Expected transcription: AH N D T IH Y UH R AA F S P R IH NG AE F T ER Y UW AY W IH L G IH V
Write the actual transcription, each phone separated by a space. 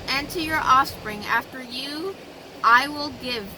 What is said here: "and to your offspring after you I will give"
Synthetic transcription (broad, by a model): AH N T IH Y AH R AA F S P R IH NG AE F T ER Y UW AY W IH L G IH V